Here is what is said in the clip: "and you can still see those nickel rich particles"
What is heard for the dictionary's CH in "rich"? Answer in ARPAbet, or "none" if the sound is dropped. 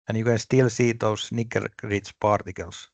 S